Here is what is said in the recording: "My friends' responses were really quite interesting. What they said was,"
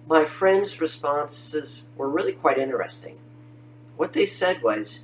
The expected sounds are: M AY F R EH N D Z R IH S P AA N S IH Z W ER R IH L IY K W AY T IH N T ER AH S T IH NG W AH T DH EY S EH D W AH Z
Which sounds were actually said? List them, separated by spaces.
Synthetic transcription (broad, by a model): M AY F R EH N D Z R IH S P AA N S IH Z W ER R IH L IY K W AY T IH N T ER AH S T IH NG W AH T DH EY S EH D W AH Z